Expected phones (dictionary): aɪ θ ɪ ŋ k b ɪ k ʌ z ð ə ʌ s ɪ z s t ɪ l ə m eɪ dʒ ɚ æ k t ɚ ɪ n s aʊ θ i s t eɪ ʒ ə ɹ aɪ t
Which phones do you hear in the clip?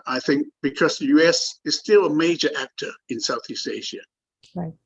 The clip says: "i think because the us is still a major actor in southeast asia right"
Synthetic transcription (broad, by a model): aɪ θ ɪ ŋ k b ɪ k ʌ z ð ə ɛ s ɪ z s t ɪ l ə m eɪ dʒ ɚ æ k t ɚ ɪ n s aʊ θ i s t eɪ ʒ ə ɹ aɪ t